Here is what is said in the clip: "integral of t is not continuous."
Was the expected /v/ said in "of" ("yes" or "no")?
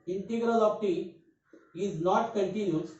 no